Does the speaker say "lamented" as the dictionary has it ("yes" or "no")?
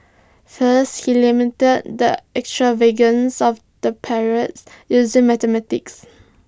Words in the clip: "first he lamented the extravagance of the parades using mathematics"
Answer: no